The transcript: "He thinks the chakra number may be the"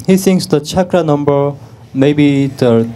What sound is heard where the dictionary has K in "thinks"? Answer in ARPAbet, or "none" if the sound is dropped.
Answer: none